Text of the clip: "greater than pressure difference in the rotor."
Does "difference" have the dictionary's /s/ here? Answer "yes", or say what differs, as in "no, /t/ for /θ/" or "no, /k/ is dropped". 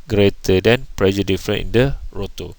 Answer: no, /s/ is dropped